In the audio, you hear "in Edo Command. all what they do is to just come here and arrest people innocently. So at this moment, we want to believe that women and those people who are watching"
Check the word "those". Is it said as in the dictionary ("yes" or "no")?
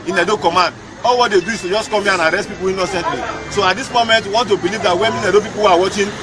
no